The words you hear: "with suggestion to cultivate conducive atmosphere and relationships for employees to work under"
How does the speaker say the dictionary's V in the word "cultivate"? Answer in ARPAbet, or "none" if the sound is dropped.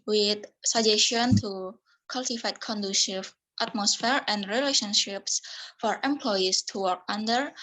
F